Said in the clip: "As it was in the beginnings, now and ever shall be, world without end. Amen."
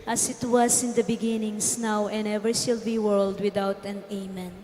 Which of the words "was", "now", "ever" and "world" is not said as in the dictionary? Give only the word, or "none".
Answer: was